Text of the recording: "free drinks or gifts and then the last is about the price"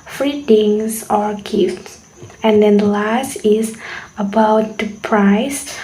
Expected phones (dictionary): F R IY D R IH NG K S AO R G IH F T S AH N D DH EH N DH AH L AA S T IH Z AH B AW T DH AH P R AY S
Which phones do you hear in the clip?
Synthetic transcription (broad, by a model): F R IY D IH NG S AO R G IH F T S AH N D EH N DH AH L AA S T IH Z AH B AW T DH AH P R AY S